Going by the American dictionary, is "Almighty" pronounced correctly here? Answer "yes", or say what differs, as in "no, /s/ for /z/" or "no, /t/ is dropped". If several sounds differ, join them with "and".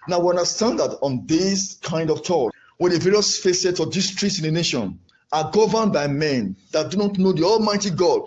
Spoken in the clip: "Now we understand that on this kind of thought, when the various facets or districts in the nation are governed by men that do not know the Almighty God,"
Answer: yes